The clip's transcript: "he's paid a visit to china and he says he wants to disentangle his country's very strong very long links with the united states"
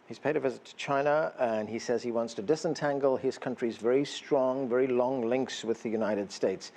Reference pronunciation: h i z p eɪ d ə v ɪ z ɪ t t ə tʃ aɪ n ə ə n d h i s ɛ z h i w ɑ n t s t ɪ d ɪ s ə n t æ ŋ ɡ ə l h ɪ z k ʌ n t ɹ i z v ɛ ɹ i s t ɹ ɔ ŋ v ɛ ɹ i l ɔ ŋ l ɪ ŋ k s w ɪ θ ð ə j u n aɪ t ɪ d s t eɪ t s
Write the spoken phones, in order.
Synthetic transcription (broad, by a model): h i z p eɪ d ə v ɪ z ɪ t t ə tʃ aɪ n ə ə n i s ɛ z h i w ɑ n t s t ɪ d ɪ s ə n t æ ŋ ɡ ə l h ɪ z k ʌ n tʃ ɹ i z v ɛ ɹ i s t ɹ ɔ ŋ v ɛ ɹ i l ɔ ŋ l ɪ ŋ k s w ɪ ð ə j u n aɪ t ɪ d s t eɪ t s